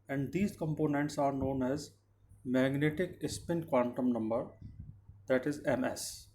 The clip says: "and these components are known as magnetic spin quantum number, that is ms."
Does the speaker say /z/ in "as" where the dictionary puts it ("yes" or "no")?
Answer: yes